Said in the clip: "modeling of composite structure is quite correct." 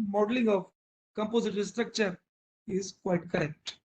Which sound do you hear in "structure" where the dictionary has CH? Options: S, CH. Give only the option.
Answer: CH